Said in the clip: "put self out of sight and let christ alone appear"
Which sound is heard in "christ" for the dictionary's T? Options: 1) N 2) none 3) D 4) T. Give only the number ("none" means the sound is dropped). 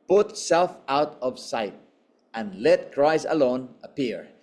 2